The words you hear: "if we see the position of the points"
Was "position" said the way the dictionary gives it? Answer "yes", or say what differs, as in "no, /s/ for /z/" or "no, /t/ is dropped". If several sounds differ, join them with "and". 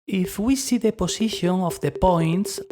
no, /s/ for /z/